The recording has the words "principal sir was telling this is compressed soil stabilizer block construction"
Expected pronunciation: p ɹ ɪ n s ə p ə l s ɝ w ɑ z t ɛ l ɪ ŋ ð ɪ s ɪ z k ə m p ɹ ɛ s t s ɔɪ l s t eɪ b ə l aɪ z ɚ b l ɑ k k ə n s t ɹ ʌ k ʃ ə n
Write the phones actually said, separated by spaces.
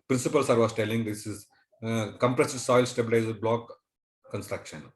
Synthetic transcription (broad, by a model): p ɹ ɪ n s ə p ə l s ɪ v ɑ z t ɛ l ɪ ŋ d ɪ s ɪ z k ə m p ɹ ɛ s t s ɔɪ l s t eɪ b ə l aɪ z ɚ b l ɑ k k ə n s t ɹ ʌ k ʃ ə n